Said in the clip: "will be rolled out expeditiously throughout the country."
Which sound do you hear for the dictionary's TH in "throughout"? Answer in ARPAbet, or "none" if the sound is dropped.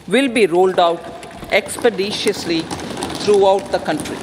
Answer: T